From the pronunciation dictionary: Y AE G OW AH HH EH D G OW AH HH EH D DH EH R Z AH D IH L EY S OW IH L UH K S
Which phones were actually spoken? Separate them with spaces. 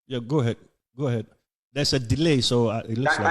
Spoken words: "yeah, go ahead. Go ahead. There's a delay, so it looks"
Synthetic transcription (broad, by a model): Y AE G OW AH HH EH D G OW AH HH EH D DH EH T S AH D IH L EY S OW IH L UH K S